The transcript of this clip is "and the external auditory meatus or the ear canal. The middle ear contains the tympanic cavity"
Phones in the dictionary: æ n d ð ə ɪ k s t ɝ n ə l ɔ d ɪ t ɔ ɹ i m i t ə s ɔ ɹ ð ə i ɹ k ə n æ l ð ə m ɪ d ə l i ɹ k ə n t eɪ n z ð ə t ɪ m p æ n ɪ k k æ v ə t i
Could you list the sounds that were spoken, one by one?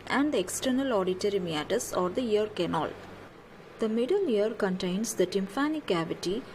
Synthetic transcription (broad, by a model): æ n d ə k s t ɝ n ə l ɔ d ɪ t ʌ ɹ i m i t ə s ɔ ɹ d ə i ɹ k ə n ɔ l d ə m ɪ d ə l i ɹ k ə n t eɪ n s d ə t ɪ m f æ n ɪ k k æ v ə t i